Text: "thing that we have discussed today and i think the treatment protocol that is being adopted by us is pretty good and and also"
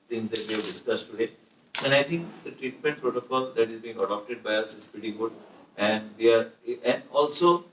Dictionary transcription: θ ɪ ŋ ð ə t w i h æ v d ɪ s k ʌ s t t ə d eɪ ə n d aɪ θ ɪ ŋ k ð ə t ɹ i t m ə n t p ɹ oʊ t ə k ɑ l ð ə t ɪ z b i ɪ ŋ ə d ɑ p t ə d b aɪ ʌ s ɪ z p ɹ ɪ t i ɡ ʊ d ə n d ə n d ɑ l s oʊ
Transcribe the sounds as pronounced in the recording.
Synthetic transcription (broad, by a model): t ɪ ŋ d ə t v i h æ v d ɪ s k ʌ s t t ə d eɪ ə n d aɪ t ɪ ŋ k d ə t ɹ i t m ə n t p ɹ oʊ t ə k ɑ l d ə t ɪ z b i ɪ ŋ ə d ɑ p t ə d b aɪ ʌ s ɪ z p ɪ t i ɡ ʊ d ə n d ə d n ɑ l s oʊ